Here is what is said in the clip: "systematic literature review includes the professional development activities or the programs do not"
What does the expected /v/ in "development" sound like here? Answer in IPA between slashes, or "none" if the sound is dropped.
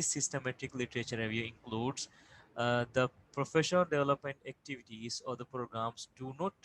/v/